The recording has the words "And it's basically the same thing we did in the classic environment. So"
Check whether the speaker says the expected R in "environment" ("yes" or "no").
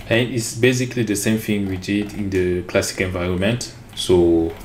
yes